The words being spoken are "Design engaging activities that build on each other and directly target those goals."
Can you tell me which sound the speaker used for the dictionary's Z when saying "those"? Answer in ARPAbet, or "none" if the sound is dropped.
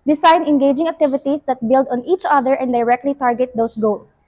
S